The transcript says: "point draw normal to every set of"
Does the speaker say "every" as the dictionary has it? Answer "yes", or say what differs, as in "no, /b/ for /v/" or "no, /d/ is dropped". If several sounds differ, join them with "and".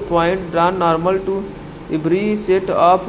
no, /b/ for /v/